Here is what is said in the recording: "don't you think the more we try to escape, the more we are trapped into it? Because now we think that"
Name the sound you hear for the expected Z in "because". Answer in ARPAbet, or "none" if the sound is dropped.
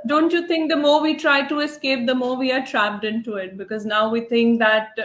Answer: Z